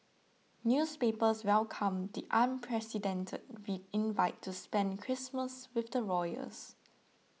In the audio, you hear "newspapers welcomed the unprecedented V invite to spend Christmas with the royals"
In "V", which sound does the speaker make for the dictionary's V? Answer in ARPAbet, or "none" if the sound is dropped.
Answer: W